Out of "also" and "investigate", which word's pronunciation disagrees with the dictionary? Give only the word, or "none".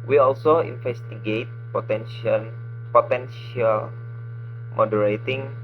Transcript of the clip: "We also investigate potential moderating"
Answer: investigate